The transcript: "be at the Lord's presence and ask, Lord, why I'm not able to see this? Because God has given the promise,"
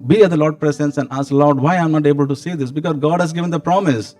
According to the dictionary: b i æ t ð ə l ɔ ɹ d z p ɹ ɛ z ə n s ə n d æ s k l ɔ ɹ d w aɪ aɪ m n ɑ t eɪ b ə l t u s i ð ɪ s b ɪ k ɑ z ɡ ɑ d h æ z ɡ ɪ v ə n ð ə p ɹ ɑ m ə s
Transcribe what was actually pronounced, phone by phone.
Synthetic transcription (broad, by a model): b i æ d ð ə l ɔ ɹ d p ɹ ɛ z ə n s ə n d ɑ s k l ɔ ɹ d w aɪ aɪ m n ɑ t eɪ b ə l t u s i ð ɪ s b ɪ k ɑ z ɡ ɑ d h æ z ɡ ɪ v ə n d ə p ɹ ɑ m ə s